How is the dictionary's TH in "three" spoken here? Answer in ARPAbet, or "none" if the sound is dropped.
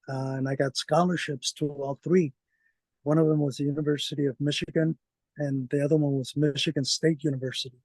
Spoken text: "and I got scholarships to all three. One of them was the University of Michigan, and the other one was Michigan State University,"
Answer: TH